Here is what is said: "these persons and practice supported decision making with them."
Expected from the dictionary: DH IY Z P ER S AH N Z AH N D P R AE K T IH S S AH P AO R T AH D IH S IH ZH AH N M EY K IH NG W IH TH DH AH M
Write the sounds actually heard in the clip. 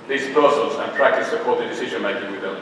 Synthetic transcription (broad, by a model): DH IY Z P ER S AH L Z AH N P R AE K T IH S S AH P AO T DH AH D IH S IH ZH AH N M EY K IH NG W IH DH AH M